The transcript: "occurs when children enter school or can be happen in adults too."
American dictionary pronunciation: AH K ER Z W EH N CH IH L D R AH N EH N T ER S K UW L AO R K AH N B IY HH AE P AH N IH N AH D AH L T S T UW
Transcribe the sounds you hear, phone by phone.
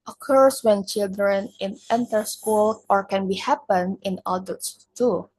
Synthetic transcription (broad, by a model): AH K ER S W EH N CH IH L D R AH N EH N T ER S K UW L AO R K AH N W IY HH AE P AH N IH N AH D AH T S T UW